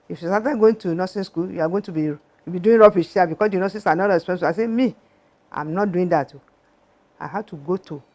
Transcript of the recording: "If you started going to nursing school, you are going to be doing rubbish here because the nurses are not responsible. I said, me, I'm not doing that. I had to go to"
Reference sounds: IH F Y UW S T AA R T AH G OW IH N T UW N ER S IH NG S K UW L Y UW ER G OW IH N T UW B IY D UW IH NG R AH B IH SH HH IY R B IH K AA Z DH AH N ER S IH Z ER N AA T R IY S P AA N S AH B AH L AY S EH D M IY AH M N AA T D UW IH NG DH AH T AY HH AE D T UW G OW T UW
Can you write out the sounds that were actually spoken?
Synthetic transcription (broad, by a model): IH F Y UW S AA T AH G OW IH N T UW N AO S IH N S K UW L Y UW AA G OW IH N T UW B IY D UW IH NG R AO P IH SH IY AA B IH K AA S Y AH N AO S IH S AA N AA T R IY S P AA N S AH AH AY S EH M IY AH M N AA T D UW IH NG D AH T AY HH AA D T UW G OW T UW